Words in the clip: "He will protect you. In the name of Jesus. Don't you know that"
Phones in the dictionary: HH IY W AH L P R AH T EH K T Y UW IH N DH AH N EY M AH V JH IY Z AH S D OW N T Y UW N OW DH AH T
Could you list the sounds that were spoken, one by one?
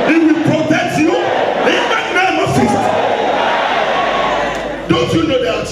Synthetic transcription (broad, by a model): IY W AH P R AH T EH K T Y UW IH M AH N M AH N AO S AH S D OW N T Y UW N OW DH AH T